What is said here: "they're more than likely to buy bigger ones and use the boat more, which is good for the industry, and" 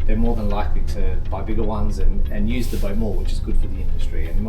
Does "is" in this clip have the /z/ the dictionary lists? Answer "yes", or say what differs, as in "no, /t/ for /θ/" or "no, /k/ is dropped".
yes